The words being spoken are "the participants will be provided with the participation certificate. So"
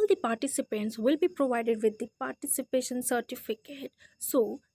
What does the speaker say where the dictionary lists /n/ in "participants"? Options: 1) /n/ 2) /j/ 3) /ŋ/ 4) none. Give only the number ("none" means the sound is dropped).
1